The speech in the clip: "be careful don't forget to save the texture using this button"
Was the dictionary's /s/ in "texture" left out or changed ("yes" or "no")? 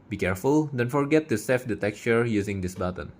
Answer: yes